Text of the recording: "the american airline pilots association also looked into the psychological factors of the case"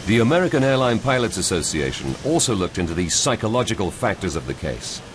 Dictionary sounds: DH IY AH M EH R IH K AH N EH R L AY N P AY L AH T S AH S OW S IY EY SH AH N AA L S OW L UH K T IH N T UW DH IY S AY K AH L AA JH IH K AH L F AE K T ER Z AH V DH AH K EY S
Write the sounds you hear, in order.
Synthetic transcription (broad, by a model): DH IY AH M EH R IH K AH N EH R L AY N P AY L AH T S AH S OW S IY EY SH AH N AA L S OW L UH K T IH N T UW DH IY S AY K AH L AA JH IH K AH L F AE K T ER Z AH V DH AH K EY S